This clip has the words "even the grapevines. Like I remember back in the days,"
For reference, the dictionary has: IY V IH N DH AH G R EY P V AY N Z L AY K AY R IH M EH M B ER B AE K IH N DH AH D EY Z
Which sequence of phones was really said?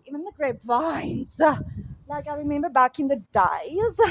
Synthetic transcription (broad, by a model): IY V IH N DH AH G R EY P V AY N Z L AY K AY R IH M EH M B ER B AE K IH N DH AH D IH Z